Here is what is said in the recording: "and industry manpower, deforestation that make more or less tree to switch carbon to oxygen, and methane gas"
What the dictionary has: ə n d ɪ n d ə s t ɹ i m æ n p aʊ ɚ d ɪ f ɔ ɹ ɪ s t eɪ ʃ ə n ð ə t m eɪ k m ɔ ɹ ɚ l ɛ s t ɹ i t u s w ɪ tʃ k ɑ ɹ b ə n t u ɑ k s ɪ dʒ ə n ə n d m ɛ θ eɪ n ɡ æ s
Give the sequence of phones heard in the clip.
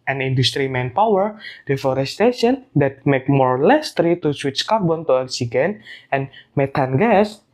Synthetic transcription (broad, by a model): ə n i n d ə s t ɹ i m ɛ n p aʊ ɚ d ɪ f ɔ ɹ ɪ s t eɪ ʃ ə n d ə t m eɪ k m ɔ ɹ l ɛ s t ɹ i t u s w ɪ tʃ k ɑ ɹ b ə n t u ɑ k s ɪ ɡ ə n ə n m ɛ t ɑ n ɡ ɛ s